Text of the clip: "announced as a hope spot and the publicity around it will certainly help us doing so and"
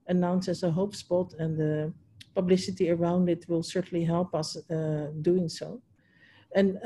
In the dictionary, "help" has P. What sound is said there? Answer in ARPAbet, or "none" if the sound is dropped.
P